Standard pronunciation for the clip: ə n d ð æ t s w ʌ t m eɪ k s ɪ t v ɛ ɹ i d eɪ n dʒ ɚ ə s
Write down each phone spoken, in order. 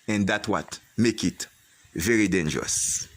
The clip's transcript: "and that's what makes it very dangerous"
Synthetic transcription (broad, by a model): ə n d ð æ t w ʌ t m eɪ k ɪ t v ɛ ɹ i d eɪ n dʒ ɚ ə s